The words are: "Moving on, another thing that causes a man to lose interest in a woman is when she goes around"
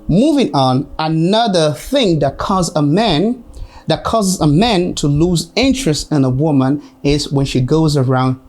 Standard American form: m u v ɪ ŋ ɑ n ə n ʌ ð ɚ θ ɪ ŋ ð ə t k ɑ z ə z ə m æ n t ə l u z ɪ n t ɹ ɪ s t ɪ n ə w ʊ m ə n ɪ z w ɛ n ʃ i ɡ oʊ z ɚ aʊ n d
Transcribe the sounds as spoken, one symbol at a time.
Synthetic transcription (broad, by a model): m u v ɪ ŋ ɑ n ə n ʌ ð ɚ θ ɪ ŋ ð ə t k ɑ z ə z ə m æ n t ə l u z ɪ n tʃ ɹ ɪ s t ɪ n ə w ʊ m ə n ɪ z w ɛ n ʃ i ɡ oʊ z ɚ aʊ n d